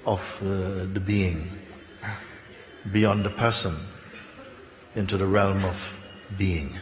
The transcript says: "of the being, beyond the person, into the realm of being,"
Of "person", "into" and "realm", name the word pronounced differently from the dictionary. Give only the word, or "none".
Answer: none